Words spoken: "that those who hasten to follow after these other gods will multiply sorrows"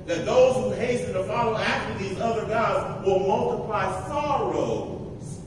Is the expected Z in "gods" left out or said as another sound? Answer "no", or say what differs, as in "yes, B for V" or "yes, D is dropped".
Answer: no